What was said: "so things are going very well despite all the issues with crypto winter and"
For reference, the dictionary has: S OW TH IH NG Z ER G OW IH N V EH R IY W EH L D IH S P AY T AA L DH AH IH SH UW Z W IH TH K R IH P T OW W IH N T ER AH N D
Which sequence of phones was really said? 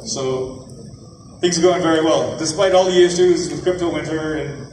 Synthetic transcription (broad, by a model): S OW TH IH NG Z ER G OW IH N V EH R IY W EH L D IH S P AY T AA L DH AH IH SH UW Z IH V K R IH P T OW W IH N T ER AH N